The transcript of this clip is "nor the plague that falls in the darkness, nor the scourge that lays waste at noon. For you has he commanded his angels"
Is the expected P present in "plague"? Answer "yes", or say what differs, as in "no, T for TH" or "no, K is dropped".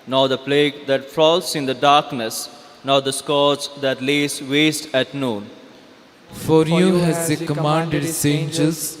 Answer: yes